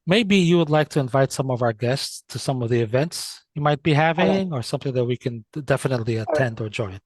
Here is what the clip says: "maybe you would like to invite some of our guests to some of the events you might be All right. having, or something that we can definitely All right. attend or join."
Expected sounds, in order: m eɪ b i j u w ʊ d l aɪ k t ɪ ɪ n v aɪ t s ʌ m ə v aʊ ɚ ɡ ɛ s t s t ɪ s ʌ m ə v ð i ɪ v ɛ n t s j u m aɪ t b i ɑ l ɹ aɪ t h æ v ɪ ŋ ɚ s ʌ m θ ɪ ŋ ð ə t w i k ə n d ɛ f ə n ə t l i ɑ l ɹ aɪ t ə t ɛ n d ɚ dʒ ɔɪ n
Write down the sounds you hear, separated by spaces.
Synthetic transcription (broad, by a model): m eɪ b i j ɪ w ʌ d l aɪ k t ɪ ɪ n v aɪ t s ʌ m ə v aʊ ɚ ɡ ɛ s t s t ɪ s ʌ m ə v ð i ɪ v ɛ n t s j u m aɪ t b i h æ v ɪ ŋ ɚ s ʌ m θ ɪ ŋ ð ə t w i k ə n d ɛ f ə n ə t l i ə t ɛ n d ɚ dʒ ɔɪ n